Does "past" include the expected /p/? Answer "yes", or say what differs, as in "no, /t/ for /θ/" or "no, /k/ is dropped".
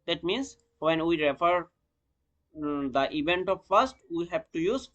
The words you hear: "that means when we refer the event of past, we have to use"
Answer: no, /f/ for /p/